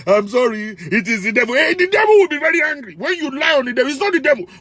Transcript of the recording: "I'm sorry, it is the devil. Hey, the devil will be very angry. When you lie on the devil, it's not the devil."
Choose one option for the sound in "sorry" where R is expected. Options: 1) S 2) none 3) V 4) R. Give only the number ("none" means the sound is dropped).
4